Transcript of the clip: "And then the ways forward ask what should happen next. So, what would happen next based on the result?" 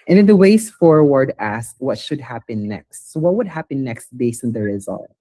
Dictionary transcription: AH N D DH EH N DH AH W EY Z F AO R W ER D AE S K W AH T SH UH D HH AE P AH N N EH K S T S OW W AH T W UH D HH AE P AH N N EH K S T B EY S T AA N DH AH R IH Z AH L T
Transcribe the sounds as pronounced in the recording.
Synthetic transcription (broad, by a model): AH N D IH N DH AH W EY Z F AO R W ER D AE S K W AH T SH UH D HH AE P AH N N EH K S T S OW W AH T W UH D HH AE P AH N N EH K S T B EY S AA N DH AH R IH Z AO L